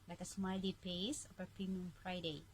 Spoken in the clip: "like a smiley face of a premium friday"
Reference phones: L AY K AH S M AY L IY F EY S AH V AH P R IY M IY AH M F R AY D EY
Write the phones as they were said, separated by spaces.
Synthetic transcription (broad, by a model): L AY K AH S M AY L IY P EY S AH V AH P IY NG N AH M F R AY D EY